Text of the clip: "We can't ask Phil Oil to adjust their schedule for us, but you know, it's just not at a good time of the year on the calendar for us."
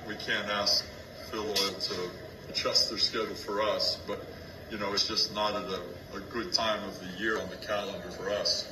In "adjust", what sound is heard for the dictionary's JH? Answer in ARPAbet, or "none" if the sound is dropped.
CH